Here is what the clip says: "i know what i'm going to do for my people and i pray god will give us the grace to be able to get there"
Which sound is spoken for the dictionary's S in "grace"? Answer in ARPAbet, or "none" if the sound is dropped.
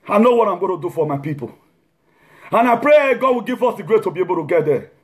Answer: none